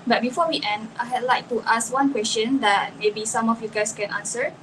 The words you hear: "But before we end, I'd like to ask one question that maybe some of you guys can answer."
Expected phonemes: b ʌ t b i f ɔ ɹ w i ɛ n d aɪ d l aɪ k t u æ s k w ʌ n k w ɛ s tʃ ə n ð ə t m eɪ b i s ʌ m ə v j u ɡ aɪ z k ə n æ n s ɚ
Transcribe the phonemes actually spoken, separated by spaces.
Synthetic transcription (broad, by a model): b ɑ t b i f ɔ w i ɛ n d aɪ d l aɪ k t u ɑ s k w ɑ n k w ɛ s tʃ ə n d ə t m eɪ b i s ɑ m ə f j u ɡ aɪ s k ə n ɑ n s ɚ